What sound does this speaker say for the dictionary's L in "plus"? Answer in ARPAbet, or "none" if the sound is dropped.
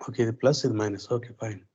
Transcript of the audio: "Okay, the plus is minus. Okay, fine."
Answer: L